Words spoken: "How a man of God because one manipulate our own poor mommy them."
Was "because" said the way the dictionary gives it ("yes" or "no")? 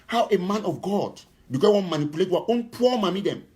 no